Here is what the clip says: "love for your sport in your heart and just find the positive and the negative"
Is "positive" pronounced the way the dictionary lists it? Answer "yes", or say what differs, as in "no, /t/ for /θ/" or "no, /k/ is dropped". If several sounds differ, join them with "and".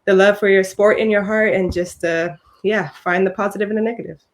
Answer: yes